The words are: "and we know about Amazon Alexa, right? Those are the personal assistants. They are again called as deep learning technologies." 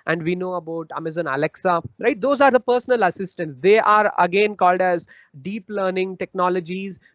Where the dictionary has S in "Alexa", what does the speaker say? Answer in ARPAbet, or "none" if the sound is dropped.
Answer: S